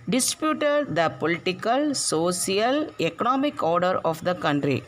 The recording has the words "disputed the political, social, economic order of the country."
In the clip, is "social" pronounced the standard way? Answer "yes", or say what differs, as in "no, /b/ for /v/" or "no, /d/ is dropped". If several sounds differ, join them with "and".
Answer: no, /s/ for /ʃ/